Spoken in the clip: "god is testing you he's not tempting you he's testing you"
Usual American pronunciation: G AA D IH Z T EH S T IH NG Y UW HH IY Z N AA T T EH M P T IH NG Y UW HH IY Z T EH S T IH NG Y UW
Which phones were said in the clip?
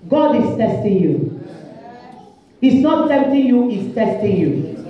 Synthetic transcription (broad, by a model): G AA D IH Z T EH S T IH NG Y UW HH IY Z N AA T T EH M T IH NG Y UW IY S T EH S T IH NG Y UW